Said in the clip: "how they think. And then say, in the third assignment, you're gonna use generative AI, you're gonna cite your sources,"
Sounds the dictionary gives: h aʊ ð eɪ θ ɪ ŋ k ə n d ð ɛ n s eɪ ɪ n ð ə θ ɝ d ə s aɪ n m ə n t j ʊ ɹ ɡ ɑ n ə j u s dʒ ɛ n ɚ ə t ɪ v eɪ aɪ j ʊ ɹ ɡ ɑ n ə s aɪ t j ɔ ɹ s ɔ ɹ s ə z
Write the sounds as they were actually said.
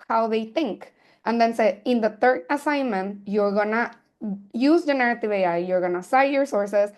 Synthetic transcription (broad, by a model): h aʊ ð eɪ t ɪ ŋ k ə n d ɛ n s eɪ ɪ n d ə t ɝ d ə s aɪ n m ə n t j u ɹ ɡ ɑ n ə j u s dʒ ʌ n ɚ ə t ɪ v eɪ aɪ j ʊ ɹ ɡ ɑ n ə s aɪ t j ɔ ɹ s ɔ ɹ s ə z